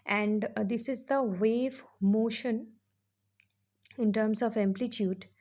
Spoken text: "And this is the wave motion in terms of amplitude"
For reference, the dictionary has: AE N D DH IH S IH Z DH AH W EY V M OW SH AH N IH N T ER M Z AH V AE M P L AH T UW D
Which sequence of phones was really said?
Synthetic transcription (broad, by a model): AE N D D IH S IH Z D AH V EY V M OW SH AH N IH N T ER M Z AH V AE M P L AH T UW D